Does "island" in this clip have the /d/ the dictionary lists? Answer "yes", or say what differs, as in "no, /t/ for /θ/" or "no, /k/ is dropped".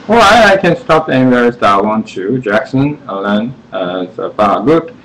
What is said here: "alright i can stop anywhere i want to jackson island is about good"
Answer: no, /d/ is dropped